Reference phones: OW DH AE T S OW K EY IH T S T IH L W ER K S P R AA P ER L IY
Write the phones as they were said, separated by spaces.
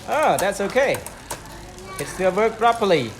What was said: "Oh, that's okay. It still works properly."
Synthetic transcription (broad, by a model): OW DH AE T S OW K EY IH T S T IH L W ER K P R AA P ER L IY